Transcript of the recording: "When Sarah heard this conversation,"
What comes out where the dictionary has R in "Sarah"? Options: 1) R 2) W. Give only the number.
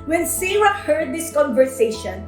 2